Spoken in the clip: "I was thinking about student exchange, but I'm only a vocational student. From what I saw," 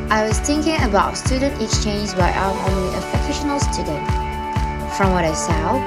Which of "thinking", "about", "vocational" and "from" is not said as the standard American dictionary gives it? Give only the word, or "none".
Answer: vocational